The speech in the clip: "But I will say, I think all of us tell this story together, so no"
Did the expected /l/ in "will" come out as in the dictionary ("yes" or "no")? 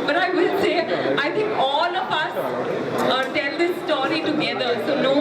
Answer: no